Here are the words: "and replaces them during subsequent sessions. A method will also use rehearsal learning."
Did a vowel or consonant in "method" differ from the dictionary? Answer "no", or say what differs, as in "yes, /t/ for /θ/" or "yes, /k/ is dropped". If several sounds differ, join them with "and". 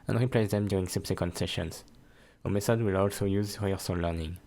yes, /s/ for /θ/